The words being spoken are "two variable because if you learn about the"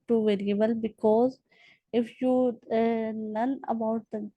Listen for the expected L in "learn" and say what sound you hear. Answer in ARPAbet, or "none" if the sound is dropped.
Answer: N